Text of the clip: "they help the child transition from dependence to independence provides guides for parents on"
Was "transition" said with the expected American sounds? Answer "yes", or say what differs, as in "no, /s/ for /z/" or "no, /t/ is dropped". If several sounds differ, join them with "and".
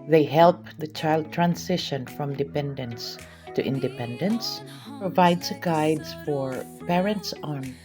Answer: no, /s/ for /z/